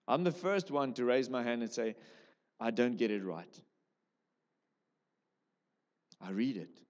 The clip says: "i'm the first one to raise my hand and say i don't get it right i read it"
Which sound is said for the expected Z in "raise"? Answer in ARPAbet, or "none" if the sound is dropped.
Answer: Z